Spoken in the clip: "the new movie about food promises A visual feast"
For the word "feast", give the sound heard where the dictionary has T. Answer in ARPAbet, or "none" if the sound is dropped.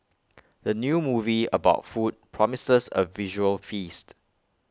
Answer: T